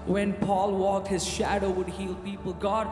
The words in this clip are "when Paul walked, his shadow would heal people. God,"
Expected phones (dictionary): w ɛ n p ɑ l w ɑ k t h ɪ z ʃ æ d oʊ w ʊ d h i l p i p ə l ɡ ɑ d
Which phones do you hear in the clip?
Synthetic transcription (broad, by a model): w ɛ n p ɑ l w ɑ k t h ɪ z ʃ æ d oʊ w ʊ d h i l p i p ə l ɡ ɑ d